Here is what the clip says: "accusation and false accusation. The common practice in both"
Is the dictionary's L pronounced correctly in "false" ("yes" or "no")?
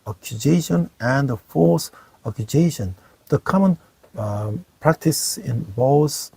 no